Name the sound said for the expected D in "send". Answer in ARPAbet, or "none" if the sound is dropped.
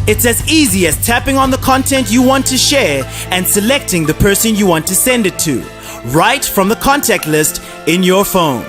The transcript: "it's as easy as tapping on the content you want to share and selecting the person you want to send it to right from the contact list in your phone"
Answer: D